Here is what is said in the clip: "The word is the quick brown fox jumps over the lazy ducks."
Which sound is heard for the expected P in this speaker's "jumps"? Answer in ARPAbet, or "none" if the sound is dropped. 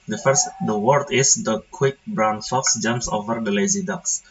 P